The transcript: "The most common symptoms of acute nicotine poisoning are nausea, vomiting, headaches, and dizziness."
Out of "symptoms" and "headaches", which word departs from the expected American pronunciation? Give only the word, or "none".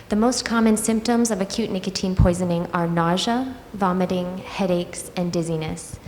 none